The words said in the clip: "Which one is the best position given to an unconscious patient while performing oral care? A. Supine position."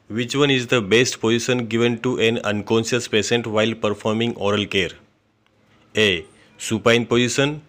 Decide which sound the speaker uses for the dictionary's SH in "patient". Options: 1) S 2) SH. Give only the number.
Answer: 1